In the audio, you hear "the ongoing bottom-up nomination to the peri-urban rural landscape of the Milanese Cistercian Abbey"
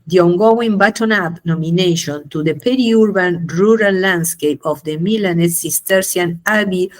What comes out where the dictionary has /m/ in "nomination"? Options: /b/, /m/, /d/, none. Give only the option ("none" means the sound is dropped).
/m/